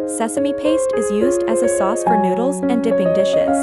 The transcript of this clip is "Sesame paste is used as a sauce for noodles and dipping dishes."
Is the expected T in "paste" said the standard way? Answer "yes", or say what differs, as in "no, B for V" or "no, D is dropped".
yes